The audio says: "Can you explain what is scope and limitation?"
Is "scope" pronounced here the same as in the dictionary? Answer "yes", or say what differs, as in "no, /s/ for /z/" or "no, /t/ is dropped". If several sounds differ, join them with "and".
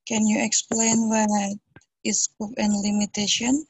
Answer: no, /k/ is dropped